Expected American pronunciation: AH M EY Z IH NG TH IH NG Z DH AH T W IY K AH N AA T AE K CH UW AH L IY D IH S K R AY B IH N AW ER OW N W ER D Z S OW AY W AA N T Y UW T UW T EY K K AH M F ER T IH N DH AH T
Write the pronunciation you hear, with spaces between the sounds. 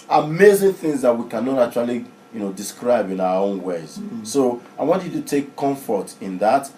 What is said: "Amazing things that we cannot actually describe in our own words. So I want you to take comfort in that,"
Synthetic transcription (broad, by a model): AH M EY Z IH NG TH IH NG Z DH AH T W IY K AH N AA T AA CH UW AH L IY D IH S K R AY B IH N AW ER OW N W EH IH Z S OW AY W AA N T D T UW T EY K K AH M F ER T IH N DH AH T